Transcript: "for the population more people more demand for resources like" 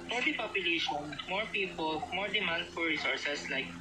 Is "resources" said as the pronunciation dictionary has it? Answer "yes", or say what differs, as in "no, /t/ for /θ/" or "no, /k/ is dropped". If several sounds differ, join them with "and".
no, /s/ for /z/